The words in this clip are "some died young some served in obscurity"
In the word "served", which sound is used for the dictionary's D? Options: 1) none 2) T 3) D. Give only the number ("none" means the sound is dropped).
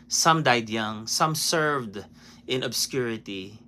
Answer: 3